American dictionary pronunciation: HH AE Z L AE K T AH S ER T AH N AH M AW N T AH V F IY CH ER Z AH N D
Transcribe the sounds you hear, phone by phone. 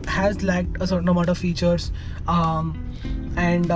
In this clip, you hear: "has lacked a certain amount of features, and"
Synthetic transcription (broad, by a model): HH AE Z L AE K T AH S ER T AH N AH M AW T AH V F IY CH ER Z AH N D